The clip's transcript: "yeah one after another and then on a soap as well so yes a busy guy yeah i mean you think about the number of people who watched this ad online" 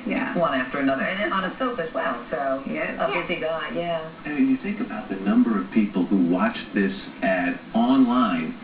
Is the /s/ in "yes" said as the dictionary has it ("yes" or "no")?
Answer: no